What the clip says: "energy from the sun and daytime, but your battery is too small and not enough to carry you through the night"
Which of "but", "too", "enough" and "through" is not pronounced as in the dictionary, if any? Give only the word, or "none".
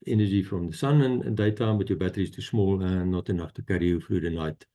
through